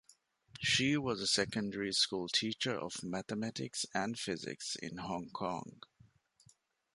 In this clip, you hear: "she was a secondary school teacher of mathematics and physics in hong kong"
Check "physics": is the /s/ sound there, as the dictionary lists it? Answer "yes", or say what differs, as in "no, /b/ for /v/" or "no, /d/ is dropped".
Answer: yes